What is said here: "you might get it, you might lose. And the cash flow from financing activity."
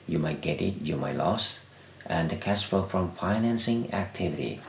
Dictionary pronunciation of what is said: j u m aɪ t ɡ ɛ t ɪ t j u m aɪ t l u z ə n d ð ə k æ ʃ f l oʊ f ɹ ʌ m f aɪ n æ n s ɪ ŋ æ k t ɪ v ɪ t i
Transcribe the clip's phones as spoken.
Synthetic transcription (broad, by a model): j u m aɪ t ɡ ɛ t ɪ t j u m aɪ t l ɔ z ə n d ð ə k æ s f oʊ f ɹ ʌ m f aɪ n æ n s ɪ ŋ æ k t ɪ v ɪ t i